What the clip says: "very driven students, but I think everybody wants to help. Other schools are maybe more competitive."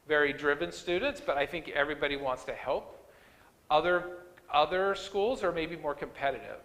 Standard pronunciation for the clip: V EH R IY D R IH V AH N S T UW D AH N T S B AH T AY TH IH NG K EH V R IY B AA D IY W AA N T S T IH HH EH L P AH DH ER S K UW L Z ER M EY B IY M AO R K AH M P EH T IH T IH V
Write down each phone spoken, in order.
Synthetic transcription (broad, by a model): V EH R IY D R IH V AH N S T UW D N T S B AH T AY TH IH NG K EH V R IY B AA D IY W AA N T S T IH HH EH L P AH DH ER S K UW L Z ER M EY B IY M AO R K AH M P EH T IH T IH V